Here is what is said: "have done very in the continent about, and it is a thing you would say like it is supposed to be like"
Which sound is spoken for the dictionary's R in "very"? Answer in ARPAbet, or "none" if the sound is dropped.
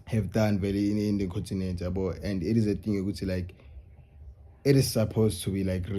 L